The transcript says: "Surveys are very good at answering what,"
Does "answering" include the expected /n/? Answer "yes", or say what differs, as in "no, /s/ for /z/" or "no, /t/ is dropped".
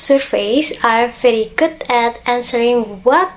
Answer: yes